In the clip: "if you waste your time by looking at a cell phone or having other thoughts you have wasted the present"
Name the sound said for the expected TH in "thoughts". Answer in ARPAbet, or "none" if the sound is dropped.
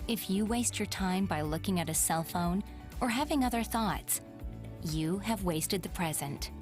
TH